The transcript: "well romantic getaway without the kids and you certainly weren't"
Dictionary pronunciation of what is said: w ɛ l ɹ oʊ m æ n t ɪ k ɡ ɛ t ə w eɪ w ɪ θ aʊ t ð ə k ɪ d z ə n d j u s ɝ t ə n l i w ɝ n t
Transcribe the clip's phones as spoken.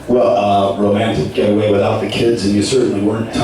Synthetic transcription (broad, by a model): w ɛ l ɹ oʊ m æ n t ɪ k ɡ ɛ t ə w eɪ w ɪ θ aʊ t ð ə k ɪ d z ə n j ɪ s ɝ t n l i w ɝ n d